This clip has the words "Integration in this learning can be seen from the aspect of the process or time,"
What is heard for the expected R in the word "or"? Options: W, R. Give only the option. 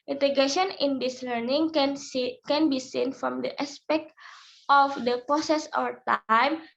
W